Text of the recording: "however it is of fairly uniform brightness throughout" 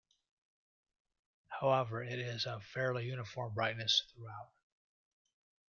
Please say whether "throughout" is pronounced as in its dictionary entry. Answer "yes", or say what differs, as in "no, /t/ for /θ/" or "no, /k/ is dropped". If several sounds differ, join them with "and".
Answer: yes